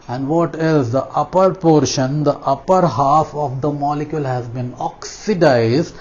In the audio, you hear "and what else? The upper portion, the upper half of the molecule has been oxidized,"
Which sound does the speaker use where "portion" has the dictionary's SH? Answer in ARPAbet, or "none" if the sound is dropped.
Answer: SH